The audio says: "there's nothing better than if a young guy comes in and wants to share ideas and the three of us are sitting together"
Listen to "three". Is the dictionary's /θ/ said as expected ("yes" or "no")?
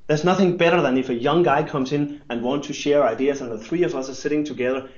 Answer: yes